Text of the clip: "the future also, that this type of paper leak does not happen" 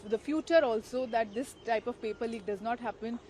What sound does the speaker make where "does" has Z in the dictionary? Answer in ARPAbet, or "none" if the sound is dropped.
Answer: Z